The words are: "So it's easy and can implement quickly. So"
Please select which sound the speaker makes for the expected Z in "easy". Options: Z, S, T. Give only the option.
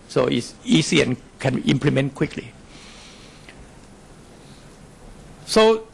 S